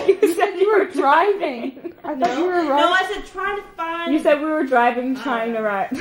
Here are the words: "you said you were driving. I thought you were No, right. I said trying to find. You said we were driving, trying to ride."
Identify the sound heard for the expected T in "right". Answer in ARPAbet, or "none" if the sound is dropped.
none